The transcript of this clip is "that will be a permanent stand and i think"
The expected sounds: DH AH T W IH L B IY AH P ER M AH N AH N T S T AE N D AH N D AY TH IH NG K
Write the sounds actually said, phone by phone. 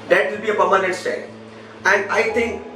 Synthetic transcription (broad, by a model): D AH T W IH L B IY AH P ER M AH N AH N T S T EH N AH N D AY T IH NG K